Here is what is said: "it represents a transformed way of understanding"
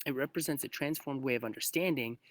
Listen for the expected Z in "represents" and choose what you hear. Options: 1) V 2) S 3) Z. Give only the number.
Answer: 3